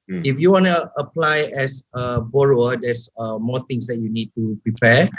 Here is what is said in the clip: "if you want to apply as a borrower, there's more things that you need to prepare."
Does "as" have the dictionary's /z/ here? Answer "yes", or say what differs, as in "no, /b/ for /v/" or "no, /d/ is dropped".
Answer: no, /s/ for /z/